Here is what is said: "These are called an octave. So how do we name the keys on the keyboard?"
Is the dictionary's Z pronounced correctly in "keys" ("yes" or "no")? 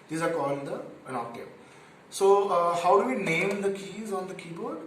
yes